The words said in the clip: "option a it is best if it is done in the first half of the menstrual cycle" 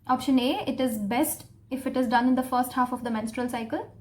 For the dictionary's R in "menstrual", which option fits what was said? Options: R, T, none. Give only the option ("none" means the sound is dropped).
R